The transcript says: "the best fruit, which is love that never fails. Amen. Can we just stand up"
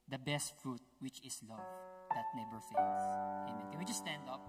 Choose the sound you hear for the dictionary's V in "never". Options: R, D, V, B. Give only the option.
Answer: B